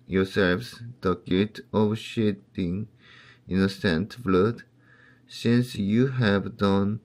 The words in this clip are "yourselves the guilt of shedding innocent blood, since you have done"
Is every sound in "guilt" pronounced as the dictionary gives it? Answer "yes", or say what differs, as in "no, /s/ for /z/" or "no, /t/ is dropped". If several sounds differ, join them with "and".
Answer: no, /l/ is dropped